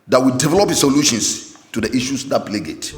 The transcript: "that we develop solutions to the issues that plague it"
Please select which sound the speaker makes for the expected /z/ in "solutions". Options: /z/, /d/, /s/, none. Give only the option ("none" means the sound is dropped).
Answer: /s/